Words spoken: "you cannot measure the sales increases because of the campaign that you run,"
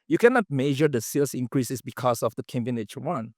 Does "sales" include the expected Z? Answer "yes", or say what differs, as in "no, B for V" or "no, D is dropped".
no, S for Z